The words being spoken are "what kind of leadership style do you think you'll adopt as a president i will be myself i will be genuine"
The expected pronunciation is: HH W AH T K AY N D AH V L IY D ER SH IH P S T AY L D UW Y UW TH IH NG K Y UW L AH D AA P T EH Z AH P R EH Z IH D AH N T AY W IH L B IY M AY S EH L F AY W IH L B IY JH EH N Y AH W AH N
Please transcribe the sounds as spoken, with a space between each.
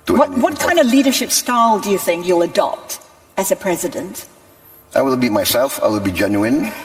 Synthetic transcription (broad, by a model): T W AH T K AY N D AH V L IY D ER SH IH P S T AY L D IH Y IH TH IH NG K Y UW L AH D AA P T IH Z AH P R EH Z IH D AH N T AY W IH L B IY M AY S EH L F AY W IH L B IY JH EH N Y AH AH N